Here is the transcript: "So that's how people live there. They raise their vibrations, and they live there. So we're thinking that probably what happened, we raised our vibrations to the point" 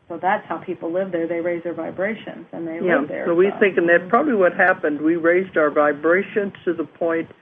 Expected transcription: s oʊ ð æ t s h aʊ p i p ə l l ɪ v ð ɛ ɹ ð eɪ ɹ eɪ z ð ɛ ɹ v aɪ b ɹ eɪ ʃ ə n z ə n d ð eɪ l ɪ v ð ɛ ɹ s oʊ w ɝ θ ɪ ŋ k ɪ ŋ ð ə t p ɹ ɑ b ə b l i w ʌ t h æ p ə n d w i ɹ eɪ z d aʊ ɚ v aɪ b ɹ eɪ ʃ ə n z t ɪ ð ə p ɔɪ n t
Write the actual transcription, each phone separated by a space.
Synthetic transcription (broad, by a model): s oʊ ð æ t s h aʊ p i p l l ɪ v ð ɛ ɹ ð eɪ ɹ eɪ z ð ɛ ɹ v aɪ b ɹ eɪ ʃ ə n z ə n ð eɪ ɪ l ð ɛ ɹ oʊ w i θ ɪ ŋ k ɪ ŋ ð ə t p ɹ ɑ b ə b l i w ʌ t h æ p ə n d w i ɹ eɪ z d aʊ ɚ v aɪ b ɹ eɪ ʃ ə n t t ɪ ð ə p ɔɪ n t